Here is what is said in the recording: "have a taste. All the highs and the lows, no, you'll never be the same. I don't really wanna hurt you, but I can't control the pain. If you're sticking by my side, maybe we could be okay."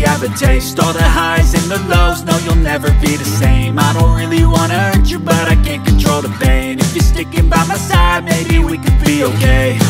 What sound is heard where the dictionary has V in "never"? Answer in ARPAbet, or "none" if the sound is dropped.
V